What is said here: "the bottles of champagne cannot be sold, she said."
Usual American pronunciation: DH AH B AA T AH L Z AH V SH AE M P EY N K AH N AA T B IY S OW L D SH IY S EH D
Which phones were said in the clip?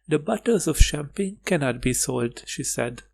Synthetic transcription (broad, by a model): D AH B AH T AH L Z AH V SH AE M P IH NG K AH N AA T B IY S OW L D SH IY S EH D